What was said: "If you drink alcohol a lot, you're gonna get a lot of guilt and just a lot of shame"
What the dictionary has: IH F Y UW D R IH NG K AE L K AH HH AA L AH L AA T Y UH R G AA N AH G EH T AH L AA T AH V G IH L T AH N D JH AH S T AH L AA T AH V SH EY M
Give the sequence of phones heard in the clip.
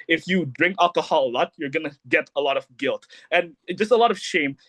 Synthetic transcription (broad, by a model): IH F Y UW D R IH NG K AE L K AH HH AA L AH L AA T Y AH R G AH N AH G EH T AH L AA T AH V G IH L T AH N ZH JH AH S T AH L AA T AH V SH EY M